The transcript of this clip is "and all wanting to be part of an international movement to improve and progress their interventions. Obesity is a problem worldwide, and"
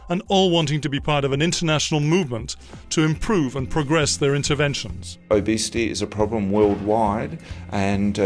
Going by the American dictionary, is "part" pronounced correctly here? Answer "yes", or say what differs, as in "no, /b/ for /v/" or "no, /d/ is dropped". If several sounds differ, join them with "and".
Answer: yes